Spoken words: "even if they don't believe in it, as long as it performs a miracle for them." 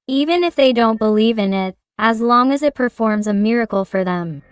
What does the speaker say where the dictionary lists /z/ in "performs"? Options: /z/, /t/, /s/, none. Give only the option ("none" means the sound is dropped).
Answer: /z/